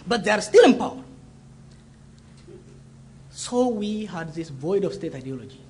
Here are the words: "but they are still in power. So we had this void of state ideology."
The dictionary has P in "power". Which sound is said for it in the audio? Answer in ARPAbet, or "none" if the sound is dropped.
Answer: P